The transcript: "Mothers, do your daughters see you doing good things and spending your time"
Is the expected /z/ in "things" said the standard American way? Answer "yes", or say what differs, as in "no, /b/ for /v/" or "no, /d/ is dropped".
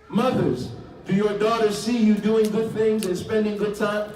yes